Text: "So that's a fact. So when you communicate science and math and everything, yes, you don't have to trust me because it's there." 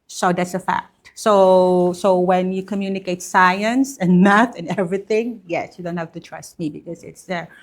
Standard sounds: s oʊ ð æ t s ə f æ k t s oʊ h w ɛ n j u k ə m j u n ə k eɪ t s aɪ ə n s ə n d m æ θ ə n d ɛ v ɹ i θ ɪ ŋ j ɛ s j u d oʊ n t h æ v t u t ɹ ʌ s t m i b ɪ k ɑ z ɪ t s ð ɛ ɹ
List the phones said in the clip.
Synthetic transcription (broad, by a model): s oʊ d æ t s ə f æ k t s oʊ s w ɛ n j u k ə m j u n ə k eɪ t s aɪ ə n s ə n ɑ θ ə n ɛ v ɹ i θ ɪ ŋ j ɛ s j u d oʊ n t h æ f t u t ɹ ʌ s t m i b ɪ k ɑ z ɪ t s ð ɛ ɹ